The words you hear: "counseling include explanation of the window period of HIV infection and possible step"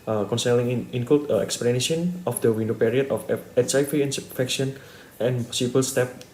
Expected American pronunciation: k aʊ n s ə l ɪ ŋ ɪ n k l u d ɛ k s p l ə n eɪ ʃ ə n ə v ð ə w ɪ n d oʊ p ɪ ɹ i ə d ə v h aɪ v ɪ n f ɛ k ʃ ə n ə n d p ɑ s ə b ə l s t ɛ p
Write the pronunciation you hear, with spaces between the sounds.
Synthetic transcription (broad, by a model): k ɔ n s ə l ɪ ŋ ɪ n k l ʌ ɛ k s p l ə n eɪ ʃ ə n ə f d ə w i n d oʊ p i ɹ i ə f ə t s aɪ f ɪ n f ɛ k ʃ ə n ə n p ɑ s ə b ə l s t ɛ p